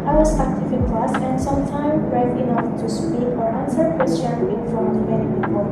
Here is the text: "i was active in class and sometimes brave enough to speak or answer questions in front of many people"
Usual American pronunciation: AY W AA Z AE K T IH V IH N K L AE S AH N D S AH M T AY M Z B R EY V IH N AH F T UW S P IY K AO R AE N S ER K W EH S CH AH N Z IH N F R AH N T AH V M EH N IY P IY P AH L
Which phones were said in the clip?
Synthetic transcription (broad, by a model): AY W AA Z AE K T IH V IH N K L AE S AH N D S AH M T AY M B R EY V IH N AH F T UW S P IY K AO R AE N S ER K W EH S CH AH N IH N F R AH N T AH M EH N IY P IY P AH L